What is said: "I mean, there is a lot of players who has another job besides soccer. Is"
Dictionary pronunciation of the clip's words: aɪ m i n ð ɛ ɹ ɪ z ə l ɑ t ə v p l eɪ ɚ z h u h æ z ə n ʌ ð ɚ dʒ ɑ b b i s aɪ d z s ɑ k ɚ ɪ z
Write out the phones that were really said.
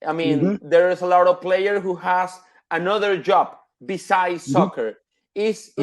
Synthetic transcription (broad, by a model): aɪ m i n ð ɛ ɹ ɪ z ə l ɑ t ə v p l eɪ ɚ h u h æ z ə n ʌ ð ɚ dʒ ɑ b b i s aɪ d s ɑ k ɚ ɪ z